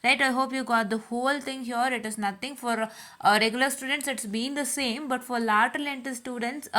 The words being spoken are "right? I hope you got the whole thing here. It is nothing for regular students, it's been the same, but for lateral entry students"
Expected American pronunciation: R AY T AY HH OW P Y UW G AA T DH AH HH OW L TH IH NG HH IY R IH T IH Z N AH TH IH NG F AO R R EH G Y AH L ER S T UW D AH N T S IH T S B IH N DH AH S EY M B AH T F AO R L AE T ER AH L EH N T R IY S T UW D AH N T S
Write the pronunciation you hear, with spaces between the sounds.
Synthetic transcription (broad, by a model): R AY T AY HH OW P Y UW G AA T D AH HH OW L T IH NG HH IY R IH T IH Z N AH T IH NG F AO R R EH G Y AH L ER S T UW D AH N T S IH T S B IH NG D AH S EY M B AH T F AO R L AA T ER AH L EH N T IY S T UW D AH N T S